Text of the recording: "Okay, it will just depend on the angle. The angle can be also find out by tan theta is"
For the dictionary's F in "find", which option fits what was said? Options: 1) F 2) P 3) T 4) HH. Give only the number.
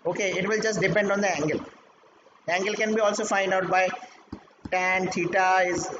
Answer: 1